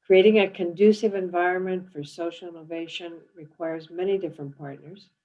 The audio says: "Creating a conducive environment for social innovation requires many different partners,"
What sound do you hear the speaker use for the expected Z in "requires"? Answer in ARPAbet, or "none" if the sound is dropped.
Z